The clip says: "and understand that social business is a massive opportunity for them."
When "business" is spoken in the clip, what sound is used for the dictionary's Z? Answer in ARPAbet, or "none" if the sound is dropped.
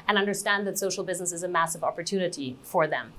Z